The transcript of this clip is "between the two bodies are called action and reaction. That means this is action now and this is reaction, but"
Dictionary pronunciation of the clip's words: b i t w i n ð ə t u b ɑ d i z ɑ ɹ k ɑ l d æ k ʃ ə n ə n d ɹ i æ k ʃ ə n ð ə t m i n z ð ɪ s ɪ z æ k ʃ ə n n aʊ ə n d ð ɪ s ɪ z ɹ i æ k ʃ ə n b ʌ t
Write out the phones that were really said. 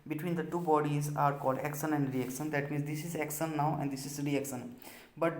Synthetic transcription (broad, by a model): b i t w i n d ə t u b ɑ d i z ɑ ɹ k ɑ l d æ k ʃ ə n ə n d ɹ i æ k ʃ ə n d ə t m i n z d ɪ s ɪ z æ k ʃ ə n n aʊ ə n d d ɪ s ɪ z ɹ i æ k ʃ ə n b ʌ t